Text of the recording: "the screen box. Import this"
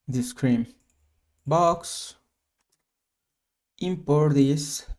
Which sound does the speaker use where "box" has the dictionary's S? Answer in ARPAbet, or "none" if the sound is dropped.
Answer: S